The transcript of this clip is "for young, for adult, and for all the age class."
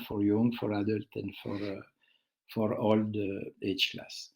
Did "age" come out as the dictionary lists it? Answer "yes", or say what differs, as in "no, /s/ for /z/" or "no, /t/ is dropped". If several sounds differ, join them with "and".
no, /tʃ/ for /dʒ/